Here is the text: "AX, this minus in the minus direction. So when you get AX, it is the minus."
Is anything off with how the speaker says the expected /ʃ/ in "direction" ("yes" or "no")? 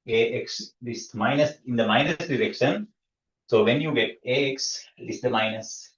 yes